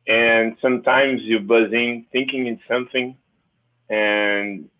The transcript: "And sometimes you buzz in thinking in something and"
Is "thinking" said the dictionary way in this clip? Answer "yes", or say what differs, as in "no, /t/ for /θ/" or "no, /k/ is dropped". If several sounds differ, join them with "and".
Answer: yes